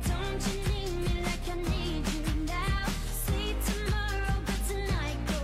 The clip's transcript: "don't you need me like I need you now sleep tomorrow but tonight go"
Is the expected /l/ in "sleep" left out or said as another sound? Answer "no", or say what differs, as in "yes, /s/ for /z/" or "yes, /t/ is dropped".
yes, /l/ is dropped